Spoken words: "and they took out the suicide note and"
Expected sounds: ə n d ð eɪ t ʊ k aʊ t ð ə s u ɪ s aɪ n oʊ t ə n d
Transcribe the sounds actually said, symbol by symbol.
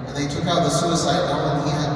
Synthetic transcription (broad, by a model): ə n ð eɪ t ʊ k aʊ t ð ə s u ɪ s aɪ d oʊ ə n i